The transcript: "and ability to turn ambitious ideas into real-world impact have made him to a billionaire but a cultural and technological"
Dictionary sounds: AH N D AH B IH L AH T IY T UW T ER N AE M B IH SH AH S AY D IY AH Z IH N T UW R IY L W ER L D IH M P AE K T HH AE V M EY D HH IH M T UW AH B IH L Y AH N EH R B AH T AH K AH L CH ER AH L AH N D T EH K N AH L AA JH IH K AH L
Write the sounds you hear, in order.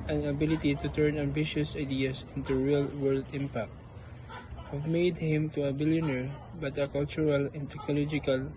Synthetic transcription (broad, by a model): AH N AH B IH L AH T IY T UW T ER N AE M B IH SH AH S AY D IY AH S IH N T UW R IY L W ER L D IH M P AE K T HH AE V M EY D HH IH M T UW AH B IH L Y AH N EH R B AH T AH K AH L CH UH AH L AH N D T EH K N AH L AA JH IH K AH L